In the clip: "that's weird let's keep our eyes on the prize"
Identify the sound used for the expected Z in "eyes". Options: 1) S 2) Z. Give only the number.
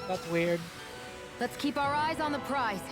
2